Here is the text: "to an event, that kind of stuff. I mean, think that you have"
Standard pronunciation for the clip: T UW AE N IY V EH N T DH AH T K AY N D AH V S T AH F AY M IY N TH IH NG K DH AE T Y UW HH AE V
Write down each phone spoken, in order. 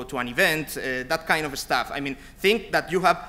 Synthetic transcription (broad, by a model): T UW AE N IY V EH N T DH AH T K AY N D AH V S T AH F AY M IY N TH IH NG K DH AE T Y UW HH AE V